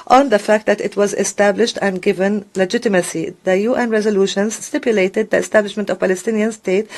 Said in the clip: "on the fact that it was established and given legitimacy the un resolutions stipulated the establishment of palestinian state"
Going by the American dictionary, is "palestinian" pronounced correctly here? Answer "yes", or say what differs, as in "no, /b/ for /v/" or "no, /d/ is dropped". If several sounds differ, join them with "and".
yes